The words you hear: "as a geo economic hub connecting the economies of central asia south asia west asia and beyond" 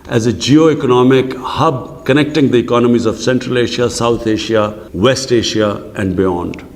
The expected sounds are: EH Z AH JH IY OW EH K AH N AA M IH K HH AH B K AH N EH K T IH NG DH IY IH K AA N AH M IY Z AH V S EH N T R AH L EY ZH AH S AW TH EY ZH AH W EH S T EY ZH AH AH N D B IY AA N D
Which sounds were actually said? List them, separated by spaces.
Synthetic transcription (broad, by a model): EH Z AH JH IY OW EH K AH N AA M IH K HH AH B K AH N EH K T IH NG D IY IH K AA N AH M IY Z AH V S EH N T R AH L EY SH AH S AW T EY SH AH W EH S T EY SH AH AH N D B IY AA N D